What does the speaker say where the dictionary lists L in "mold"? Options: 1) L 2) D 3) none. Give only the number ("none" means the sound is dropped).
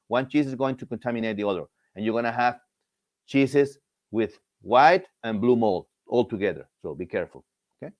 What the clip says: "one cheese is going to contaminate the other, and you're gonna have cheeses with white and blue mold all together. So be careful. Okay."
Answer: 1